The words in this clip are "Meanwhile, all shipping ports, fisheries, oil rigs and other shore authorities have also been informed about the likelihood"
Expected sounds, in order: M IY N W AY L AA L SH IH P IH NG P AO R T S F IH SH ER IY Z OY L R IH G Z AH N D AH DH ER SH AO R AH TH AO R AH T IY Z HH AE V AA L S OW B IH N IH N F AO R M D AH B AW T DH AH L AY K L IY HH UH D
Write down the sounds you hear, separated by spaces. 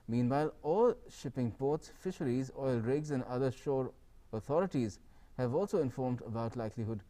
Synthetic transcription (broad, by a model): M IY N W AY L AA L SH IH P IH NG P AO R T S F IH SH ER IY Z OY L R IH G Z AH N D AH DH ER SH AO R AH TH AO R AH T IY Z HH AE V AA L S OW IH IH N F AO R M D AH B AW T L AY K L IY HH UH D